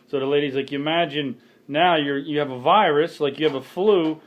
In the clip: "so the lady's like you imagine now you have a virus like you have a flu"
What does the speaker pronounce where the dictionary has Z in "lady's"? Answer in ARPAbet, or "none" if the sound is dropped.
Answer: Z